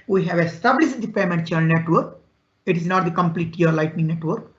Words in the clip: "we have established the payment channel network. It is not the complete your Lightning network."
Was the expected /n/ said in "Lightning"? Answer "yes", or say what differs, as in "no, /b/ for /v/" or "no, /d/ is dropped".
yes